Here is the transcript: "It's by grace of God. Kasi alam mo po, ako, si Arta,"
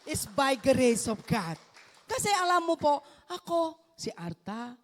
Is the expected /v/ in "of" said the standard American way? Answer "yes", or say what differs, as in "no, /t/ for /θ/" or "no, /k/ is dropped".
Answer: no, /p/ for /v/